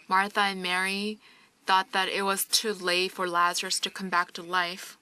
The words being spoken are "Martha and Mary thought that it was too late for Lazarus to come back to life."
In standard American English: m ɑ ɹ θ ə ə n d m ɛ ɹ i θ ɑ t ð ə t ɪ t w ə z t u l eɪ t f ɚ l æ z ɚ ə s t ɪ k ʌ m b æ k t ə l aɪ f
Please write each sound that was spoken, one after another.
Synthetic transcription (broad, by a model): m ɑ ɹ θ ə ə n m ɛ ɹ i θ ɑ t ð ə t ɪ t w ə z t u l eɪ f ɚ l æ z ɚ ə s t ɪ k ʌ m b æ k t ə l aɪ f